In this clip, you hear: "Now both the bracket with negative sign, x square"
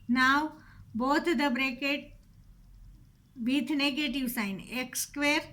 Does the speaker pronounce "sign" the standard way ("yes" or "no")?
yes